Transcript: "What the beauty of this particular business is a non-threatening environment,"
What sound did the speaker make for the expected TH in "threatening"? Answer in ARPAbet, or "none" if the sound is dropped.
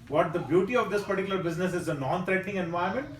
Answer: T